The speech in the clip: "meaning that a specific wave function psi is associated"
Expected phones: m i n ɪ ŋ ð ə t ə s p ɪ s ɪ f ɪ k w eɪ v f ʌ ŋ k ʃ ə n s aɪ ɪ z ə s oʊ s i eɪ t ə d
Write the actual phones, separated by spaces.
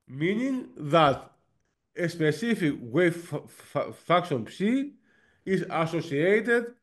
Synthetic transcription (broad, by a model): m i n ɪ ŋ ð ə t ə s p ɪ s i f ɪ k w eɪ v f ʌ k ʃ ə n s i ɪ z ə s oʊ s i eɪ t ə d